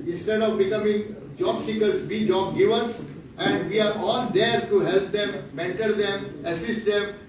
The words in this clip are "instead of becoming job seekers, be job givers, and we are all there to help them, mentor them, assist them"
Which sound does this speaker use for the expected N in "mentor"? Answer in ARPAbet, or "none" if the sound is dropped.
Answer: N